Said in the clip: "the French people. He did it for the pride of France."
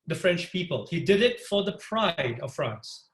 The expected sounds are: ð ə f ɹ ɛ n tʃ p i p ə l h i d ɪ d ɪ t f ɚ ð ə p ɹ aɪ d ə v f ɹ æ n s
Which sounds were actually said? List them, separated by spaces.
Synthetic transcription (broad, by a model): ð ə f ɹ ɛ n tʃ p i p ə l h i d ɪ d ɪ t f ɚ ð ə p ɹ aɪ d ə v f ɹ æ n s